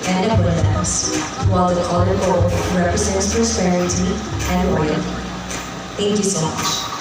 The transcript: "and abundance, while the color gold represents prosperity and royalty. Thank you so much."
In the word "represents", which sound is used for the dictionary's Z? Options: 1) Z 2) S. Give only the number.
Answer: 1